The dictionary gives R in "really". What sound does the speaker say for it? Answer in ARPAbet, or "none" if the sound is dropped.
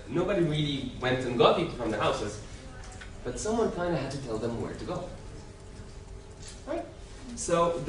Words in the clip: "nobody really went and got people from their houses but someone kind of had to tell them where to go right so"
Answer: R